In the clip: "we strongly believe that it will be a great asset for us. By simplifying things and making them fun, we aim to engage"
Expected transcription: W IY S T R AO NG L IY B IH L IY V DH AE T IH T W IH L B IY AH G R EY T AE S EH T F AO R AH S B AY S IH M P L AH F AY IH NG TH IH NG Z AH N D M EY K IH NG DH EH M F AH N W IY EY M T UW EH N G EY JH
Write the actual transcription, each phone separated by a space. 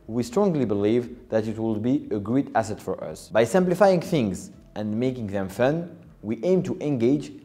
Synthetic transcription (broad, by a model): W IY S T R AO NG L IY B IH L IY V DH AE T IH T W IH L B IY AH G R EY T AE S EH T F AO R AH S B AY S IH M P L AH F AY IH NG TH IH NG Z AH N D M EY K IH NG DH EH M F AH N W IY EY M T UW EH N G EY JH